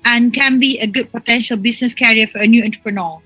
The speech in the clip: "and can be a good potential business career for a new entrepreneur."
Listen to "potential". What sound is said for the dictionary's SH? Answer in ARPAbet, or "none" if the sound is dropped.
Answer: SH